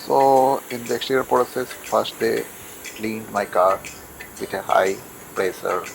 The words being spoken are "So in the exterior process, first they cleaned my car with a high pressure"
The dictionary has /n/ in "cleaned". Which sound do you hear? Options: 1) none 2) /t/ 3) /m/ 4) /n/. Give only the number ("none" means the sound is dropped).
4